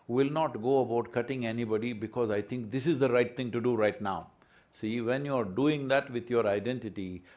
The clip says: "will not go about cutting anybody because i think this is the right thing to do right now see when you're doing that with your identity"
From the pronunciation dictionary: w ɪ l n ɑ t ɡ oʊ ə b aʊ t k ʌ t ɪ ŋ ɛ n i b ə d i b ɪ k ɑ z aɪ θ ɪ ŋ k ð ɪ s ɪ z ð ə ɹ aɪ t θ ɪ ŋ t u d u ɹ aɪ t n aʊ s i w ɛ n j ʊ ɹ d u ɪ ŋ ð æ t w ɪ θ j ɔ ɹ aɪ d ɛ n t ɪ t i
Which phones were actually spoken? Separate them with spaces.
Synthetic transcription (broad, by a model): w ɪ l n ɑ t ɡ oʊ ə b aʊ t k ʌ t ɪ ŋ ɛ n i b ə d i b ɪ k ɑ z aɪ t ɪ ŋ k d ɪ s ɪ z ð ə ɹ aɪ t t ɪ ŋ t u d u ɹ aɪ t n aʊ s i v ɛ n j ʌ ɹ d u ɪ ŋ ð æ t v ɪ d j ɔ ɹ aɪ d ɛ n t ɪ t i